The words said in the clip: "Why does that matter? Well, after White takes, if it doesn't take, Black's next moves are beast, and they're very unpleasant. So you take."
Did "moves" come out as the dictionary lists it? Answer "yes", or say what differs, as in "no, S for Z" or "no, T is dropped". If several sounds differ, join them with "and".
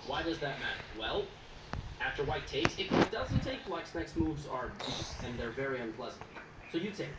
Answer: yes